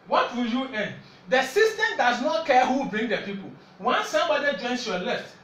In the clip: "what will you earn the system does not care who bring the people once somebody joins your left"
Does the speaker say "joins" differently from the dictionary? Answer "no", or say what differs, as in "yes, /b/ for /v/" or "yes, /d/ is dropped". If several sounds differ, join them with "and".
yes, /s/ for /z/